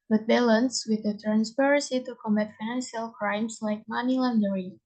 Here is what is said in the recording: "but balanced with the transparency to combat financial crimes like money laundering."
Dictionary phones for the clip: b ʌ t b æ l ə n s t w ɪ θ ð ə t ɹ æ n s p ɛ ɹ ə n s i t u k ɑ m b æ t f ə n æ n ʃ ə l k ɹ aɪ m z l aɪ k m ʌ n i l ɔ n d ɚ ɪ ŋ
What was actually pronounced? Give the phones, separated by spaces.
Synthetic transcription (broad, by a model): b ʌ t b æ l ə n s w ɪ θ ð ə t ɹ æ n s p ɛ ɹ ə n s i t u k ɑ m æ t f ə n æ n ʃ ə l k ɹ aɪ m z l aɪ k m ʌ n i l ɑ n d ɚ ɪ